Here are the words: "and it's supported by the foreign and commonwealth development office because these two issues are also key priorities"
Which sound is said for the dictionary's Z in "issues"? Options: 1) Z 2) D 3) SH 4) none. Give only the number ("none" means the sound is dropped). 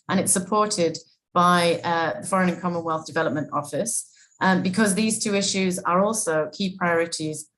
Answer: 1